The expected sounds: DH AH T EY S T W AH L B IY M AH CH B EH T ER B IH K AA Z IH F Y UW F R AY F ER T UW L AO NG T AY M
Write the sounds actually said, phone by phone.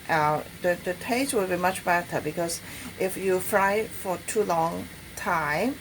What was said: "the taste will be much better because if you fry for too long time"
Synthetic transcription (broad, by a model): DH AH T EY S T W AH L B IY M AH CH B EH T ER B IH K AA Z IH F Y UW F R AY F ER T UW L AO NG T AY M